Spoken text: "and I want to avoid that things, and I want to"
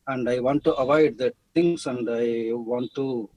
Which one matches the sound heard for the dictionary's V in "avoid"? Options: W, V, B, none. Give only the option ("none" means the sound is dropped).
V